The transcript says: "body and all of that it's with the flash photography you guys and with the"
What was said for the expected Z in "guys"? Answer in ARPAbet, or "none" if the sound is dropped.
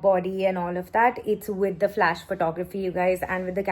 Z